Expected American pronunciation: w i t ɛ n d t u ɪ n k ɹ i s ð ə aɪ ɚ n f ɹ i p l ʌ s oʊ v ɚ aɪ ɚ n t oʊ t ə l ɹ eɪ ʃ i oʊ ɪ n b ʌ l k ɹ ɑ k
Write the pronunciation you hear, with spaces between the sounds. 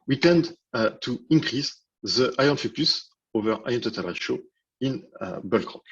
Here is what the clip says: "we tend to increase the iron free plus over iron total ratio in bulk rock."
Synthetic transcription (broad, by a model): w i t ɛ n d t u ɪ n k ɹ i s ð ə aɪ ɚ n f i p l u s oʊ v ɚ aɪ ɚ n t oʊ t ə l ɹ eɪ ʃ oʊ ɪ n b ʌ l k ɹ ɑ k